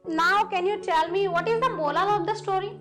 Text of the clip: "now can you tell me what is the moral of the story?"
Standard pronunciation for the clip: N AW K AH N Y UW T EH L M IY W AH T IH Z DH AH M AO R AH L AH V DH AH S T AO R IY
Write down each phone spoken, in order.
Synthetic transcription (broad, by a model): N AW K AH N Y UW T EH L M IY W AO T IH Z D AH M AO L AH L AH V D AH S T AO R IY